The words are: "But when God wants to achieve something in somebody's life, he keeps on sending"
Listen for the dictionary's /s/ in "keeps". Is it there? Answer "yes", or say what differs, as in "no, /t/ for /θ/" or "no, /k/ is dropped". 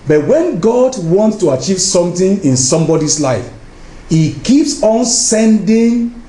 yes